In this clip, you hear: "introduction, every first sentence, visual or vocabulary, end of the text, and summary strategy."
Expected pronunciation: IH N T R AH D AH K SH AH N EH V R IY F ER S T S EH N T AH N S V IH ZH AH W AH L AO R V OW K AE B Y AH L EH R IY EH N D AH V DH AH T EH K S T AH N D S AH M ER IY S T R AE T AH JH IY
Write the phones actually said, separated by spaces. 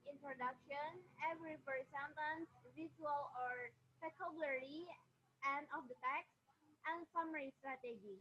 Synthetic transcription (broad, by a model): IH N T R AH D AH K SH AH N EH V R IY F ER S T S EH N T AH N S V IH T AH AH L AO R P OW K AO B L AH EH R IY EH N D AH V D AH T EH K S T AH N S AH M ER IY S T R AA T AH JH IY